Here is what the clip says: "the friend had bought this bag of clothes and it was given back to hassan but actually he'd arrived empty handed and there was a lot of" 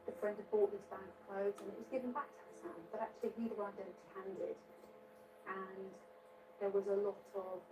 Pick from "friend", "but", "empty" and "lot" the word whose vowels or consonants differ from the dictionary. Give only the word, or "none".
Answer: empty